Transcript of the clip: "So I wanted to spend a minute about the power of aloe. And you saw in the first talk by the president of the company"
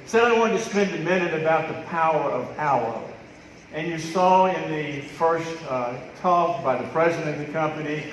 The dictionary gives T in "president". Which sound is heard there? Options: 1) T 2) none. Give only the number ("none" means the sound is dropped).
2